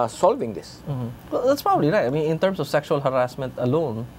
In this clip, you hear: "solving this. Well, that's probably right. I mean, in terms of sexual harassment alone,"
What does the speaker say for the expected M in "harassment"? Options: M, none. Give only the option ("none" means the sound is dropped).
M